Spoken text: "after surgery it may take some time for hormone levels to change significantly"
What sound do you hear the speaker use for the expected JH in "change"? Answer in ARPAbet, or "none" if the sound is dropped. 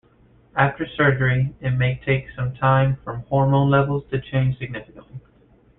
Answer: ZH